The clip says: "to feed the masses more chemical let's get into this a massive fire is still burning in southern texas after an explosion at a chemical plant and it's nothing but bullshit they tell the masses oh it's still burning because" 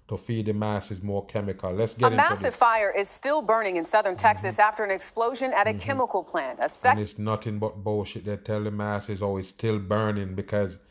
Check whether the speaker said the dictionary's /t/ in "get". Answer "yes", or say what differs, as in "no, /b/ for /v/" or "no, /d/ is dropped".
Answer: no, /t/ is dropped